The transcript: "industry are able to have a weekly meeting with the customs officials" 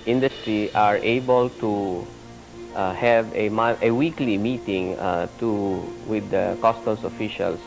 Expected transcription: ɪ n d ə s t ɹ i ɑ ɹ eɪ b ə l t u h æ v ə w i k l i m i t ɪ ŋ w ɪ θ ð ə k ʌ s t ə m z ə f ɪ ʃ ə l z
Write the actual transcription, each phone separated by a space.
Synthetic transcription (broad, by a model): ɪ n d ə s t ɹ i ɑ ɹ eɪ b ə l t u h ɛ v ə w i k l i m i t ɪ ŋ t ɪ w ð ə k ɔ s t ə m s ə f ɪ ʃ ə l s